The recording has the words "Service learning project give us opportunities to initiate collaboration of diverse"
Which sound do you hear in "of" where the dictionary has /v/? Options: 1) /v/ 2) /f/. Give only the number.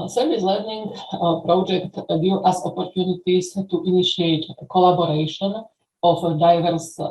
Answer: 2